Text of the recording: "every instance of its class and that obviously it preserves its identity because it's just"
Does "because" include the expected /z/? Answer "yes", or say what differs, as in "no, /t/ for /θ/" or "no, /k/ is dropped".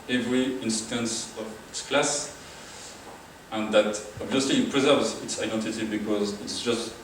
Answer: yes